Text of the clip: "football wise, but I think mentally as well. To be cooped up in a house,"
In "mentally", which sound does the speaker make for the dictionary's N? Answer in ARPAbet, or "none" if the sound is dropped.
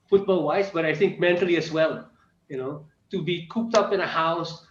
N